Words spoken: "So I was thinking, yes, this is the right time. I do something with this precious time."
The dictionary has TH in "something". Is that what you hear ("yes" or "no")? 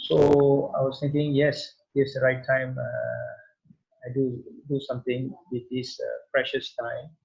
no